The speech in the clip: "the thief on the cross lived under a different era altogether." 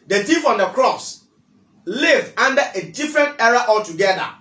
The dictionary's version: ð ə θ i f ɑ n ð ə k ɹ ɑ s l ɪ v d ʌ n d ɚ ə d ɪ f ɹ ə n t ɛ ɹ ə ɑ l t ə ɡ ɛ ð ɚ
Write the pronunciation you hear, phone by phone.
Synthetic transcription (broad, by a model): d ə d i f ɑ n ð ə k ɹ ɑ s l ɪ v ɑ n d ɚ ə d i f ɹ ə n t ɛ ɹ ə ɑ l t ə ɡ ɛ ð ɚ